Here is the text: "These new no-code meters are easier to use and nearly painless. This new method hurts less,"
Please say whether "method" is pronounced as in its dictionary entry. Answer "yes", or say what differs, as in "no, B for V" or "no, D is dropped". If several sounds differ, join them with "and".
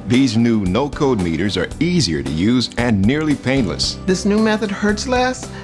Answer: yes